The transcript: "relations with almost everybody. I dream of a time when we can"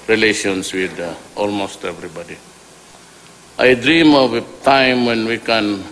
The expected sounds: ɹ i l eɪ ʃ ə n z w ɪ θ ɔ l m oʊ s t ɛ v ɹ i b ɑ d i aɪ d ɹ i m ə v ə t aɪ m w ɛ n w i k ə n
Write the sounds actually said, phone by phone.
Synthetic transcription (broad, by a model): ɹ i l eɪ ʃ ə n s w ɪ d ɔ l m oʊ s t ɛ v ɹ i b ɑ d i aɪ d ɹ i m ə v ə t aɪ m w ɛ n w i k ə n